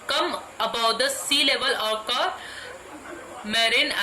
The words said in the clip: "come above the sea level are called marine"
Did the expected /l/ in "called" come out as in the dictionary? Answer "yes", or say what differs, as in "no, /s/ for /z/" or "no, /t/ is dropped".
no, /l/ is dropped